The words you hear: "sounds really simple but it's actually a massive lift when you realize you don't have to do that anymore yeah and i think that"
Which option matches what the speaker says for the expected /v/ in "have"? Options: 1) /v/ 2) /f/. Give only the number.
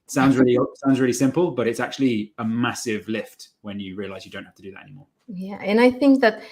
2